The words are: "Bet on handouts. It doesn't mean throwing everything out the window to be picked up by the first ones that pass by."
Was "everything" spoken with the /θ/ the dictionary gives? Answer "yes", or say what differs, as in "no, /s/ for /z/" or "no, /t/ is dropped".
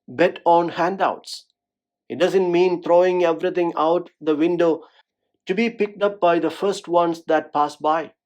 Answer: no, /t/ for /θ/